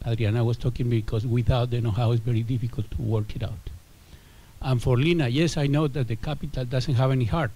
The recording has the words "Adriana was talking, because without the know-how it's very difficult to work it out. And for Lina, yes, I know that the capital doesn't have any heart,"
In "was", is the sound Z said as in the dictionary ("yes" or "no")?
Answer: no